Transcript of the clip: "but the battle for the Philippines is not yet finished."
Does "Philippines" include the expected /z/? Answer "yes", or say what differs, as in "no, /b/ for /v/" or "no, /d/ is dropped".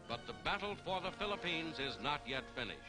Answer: yes